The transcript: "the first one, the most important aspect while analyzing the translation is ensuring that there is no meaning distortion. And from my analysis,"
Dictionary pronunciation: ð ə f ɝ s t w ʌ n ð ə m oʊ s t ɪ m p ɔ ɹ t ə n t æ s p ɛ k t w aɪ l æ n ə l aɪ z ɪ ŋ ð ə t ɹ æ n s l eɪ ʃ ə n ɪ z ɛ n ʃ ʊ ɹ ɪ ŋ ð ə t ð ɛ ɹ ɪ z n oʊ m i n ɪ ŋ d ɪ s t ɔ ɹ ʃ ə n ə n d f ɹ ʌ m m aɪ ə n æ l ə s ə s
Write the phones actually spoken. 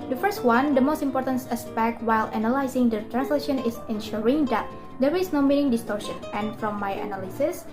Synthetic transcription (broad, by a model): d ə f ɝ s t w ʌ n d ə m oʊ s t ɪ m p ɔ ɹ t ə n t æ s p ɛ k t w aɪ l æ n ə l aɪ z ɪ ŋ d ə t ɹ æ n s l eɪ ʃ ə n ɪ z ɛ n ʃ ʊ ɹ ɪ ŋ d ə t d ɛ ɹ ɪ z n oʊ m i n ɪ ŋ d ɪ s t ɔ ɹ ʃ ə n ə n f ɹ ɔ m m aɪ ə n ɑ l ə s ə s